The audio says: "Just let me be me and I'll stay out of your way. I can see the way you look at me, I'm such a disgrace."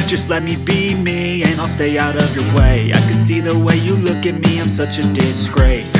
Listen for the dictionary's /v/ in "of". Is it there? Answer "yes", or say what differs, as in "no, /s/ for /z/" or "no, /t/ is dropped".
yes